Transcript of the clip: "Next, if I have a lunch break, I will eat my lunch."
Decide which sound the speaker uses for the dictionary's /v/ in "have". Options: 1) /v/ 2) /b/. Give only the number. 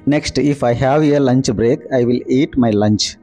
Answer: 1